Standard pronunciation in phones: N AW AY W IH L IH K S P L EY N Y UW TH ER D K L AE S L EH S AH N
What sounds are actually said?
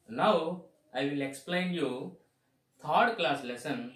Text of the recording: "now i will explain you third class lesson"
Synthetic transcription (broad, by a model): N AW AY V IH L IH K S P L EY N Y UW T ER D K L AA S L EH S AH N